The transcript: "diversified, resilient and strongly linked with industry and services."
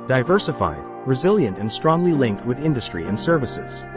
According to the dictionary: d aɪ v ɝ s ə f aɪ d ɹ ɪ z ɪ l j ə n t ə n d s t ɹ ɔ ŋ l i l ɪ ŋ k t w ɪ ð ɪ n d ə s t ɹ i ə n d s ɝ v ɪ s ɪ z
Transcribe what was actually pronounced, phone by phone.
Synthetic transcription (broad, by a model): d aɪ v ɝ s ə f aɪ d ɹ ɪ z ɪ l j ə n t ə n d s t ɹ ɔ ŋ l i l ɪ ŋ k t w ɪ ð ɪ n d ə s t ɹ i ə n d s ɝ v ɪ s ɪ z